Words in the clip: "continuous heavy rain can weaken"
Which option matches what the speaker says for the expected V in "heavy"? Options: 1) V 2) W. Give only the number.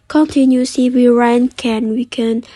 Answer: 2